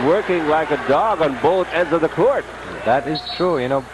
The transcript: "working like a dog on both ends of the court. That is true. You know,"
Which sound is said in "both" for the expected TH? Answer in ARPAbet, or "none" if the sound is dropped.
TH